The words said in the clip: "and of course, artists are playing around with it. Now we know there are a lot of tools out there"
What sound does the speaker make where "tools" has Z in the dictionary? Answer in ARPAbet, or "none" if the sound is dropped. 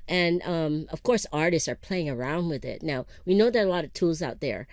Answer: Z